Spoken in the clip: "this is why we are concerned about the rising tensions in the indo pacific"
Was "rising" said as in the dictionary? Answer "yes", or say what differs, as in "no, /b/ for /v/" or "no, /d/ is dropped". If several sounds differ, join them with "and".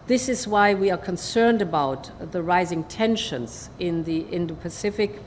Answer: yes